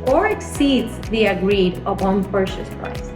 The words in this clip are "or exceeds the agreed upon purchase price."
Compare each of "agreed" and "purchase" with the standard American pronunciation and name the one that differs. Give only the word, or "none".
purchase